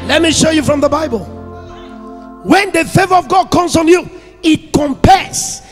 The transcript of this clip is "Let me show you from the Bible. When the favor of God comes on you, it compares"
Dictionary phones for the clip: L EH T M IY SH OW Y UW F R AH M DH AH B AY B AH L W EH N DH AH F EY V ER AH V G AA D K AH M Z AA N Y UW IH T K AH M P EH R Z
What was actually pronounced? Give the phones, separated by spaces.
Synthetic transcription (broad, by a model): L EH T M IY SH OW Y UW F R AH M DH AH B AY B AH L W EH N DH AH F EY V ER AH V G AA D K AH M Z AA N Y UW IH T K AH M P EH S